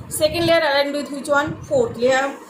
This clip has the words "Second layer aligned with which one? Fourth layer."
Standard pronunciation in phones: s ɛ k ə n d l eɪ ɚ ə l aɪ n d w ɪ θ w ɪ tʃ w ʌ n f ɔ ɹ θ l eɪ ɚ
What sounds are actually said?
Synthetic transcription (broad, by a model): s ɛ k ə n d l eɪ ɚ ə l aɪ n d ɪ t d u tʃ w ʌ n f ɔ ɹ t l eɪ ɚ